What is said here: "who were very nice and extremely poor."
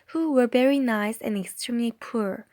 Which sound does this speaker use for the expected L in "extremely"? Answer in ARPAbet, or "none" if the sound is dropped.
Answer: L